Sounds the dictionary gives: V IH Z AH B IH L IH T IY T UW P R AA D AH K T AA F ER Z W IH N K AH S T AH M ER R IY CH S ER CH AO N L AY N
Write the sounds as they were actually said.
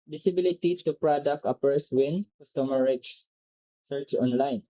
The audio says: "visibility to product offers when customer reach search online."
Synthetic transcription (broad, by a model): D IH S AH B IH L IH T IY T UW P R AA D AH K T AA P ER S W IH N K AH S T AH M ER R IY S S ER CH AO N L AY N